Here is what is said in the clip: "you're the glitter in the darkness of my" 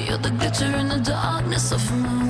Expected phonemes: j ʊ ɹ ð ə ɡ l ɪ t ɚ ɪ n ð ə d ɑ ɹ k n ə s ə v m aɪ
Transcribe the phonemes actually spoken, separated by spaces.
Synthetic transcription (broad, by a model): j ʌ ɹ ð ə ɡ ɪ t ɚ ɪ n ð ə d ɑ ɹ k n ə s ə v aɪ